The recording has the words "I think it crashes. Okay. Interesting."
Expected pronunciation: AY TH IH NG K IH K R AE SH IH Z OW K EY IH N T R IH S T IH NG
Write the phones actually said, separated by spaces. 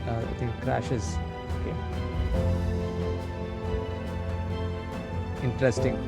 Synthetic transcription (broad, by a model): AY T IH NG K K R AE SH IH Z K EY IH N T R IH S T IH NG